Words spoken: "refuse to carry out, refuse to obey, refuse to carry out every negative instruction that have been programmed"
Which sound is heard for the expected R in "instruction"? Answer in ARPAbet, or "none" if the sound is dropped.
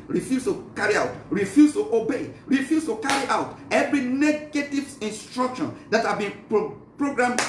R